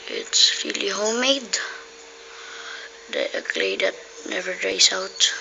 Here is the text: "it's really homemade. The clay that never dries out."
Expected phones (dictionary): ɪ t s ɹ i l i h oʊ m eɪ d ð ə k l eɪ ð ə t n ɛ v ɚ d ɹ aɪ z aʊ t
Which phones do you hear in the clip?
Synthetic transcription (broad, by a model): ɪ t s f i l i h oʊ m eɪ d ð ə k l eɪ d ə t n ɛ v ɚ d ɹ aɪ s aʊ t